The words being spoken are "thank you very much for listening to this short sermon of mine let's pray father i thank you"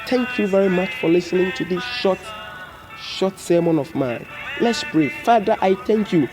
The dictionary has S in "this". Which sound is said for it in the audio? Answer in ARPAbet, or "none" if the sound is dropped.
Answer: SH